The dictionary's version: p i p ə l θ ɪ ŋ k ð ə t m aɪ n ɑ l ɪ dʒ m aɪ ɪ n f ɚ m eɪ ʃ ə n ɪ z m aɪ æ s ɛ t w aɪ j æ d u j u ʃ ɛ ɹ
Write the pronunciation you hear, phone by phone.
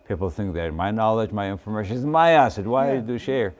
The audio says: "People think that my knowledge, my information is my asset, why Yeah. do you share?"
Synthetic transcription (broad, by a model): p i p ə l θ ɪ ŋ k ð ə t m aɪ n ɑ l ɪ dʒ m aɪ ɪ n f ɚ m eɪ ʃ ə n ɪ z m aɪ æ s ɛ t w aɪ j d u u ʃ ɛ ɹ